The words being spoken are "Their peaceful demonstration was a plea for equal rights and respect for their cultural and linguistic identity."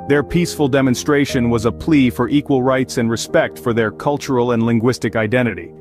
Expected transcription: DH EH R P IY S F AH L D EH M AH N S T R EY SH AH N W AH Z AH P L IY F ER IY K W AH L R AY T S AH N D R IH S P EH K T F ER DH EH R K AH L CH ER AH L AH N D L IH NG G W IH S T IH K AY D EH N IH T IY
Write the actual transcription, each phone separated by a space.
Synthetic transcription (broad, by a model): DH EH R P IY S F AH L D EH M AH N S T R EY SH AH N W AH Z AH P L IY F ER IY K W AH L R AY T S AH N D R IH S P EH K T F ER DH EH R K AH L CH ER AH L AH N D L IH NG G W IH S T IH K AY D EH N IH T IY